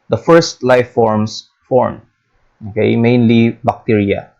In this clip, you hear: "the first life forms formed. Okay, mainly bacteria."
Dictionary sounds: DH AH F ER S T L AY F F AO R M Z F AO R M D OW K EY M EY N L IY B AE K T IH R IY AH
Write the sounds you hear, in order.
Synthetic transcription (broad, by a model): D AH F ER S T L AY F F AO R M S F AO R M OW K EY M EY N L IY B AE K T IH R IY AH